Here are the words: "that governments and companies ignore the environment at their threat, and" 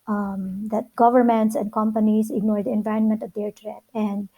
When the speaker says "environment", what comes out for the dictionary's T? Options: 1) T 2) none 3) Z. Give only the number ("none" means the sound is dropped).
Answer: 1